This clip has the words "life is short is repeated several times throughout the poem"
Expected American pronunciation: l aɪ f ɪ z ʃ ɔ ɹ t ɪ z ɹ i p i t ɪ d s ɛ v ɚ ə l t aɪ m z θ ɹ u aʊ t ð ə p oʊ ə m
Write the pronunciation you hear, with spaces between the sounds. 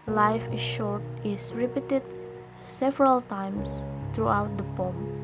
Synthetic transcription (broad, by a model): l aɪ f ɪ ʃ ɔ ɹ t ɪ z ɹ i p i t ɪ d s ɛ v ɚ ə l t aɪ m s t ɹ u aʊ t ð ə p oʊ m